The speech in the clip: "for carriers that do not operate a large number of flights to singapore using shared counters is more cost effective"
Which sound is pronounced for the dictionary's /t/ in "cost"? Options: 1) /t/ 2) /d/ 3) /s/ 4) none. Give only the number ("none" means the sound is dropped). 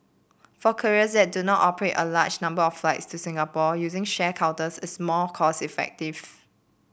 4